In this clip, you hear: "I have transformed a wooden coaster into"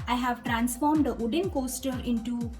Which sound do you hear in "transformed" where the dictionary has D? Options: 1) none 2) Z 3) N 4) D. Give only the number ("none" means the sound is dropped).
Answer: 4